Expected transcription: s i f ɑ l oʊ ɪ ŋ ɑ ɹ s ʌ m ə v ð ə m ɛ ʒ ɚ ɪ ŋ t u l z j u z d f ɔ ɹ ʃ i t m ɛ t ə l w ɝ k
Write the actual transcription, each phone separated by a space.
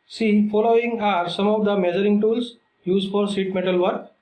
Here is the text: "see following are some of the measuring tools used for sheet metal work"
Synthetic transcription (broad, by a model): s i f ɑ l oʊ ɪ ŋ ɑ ɹ s ʌ m ə v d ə m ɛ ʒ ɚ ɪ ŋ t u l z j u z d f ɔ ɹ s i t m ɛ t ə l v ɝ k